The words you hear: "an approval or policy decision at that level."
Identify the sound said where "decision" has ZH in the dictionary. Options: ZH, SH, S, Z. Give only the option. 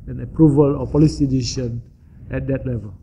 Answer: SH